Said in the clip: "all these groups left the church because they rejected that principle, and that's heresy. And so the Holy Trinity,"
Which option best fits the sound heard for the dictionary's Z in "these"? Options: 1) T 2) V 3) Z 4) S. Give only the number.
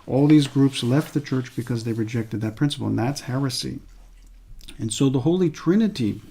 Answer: 3